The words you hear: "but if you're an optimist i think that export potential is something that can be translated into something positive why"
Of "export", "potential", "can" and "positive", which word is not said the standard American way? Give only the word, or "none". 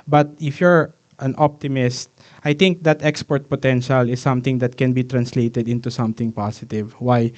positive